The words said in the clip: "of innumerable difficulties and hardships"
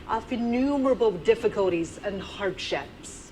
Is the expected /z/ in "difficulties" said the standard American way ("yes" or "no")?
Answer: yes